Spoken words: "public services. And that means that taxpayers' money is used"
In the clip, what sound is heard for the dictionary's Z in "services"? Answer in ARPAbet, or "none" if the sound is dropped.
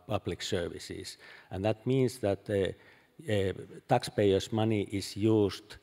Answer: S